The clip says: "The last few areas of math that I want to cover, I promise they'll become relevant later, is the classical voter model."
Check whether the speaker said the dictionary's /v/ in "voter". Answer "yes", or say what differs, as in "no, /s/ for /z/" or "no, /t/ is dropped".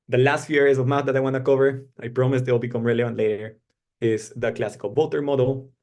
no, /b/ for /v/